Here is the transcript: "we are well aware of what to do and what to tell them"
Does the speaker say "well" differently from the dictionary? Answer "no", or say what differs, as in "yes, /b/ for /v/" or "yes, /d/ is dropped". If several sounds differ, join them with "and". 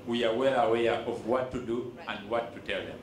no